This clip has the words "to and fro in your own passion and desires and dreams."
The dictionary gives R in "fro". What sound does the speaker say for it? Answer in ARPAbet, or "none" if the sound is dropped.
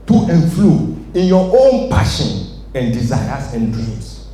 L